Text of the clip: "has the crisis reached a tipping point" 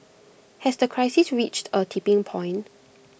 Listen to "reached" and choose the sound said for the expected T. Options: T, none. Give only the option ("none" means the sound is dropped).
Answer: T